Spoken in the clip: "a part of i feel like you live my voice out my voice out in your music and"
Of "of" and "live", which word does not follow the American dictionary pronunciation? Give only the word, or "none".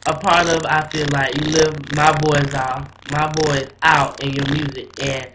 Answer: none